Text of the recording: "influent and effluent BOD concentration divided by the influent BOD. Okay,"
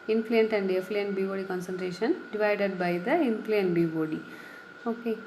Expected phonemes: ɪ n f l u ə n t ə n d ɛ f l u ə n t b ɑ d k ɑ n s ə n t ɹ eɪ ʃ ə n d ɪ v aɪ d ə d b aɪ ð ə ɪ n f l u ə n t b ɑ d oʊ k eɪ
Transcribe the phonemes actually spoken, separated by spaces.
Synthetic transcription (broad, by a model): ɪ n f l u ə n t ə n d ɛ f l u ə n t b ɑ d k ɑ n s ə n t ɹ eɪ ʃ ə n d ɪ v aɪ d ə d b aɪ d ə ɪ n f l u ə n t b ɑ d oʊ k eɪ